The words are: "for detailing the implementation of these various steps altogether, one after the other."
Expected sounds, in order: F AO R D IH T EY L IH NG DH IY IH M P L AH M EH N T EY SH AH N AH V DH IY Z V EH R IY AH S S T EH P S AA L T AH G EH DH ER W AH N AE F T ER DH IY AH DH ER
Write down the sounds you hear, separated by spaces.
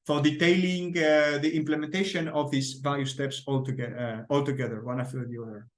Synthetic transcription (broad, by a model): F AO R D IH T EY L IH NG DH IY IH M P L AH M EH N T EY SH AH N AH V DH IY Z V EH L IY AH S S T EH P S AA L T AH G EH DH ER W AH N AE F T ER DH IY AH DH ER